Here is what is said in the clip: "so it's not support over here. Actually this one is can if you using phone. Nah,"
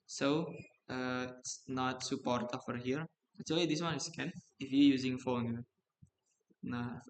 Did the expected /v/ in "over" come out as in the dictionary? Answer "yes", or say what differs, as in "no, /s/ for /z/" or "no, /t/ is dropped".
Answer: no, /f/ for /v/